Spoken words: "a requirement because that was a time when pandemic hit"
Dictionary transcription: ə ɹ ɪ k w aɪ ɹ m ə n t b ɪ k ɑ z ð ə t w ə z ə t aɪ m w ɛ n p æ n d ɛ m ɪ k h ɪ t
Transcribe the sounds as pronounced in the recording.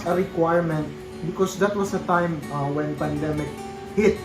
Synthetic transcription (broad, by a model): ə ɹ ɪ k w aɪ ɹ m ə n t b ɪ k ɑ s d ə t w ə s ə t aɪ m w ɛ n p æ n d ɛ m ɪ k h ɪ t